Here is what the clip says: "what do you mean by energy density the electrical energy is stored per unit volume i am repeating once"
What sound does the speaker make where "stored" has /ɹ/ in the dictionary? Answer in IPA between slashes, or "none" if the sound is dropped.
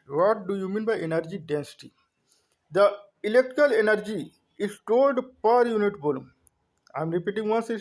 /l/